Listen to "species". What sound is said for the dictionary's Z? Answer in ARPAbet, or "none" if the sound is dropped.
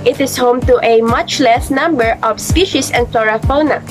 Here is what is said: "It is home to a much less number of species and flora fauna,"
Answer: S